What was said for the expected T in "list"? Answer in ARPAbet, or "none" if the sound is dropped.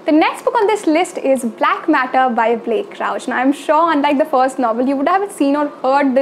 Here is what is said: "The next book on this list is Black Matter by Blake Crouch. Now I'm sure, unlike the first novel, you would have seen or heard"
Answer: T